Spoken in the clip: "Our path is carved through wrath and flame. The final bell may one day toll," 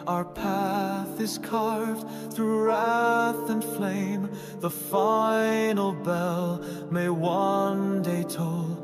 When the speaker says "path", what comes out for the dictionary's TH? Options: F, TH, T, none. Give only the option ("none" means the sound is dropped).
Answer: TH